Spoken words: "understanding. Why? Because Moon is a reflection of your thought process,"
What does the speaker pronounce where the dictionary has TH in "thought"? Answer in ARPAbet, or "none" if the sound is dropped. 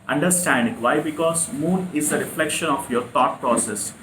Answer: T